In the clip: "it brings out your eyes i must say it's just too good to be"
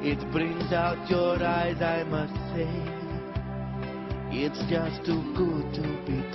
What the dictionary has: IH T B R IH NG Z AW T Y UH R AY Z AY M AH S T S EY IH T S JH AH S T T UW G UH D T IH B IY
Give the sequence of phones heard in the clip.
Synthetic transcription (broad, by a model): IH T B R IH NG Z AW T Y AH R AY Z AY M AH S T S EY IH T S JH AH S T T UW G UH D T IH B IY